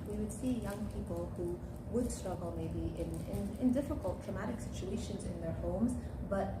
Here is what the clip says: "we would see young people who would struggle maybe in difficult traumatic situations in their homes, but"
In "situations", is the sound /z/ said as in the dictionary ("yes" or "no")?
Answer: yes